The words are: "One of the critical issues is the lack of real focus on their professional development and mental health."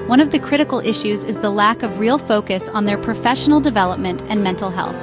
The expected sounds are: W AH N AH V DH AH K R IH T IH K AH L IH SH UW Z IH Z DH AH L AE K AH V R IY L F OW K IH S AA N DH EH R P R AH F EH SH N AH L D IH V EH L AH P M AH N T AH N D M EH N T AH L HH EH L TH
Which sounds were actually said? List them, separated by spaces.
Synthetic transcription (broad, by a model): W AH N AH V DH AH K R IH T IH K L IH SH UW Z IH Z DH AH L AE K AH V R IY L F OW K IH S N DH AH R P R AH F EH SH N L D IH V EH L AH P M AH N T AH N M EH N T L HH EH L TH